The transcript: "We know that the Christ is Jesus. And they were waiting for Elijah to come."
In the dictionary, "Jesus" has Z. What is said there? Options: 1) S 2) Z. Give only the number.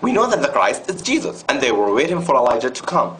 2